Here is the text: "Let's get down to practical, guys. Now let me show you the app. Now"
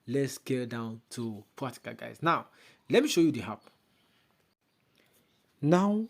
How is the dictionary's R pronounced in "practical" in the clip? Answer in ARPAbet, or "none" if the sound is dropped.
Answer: none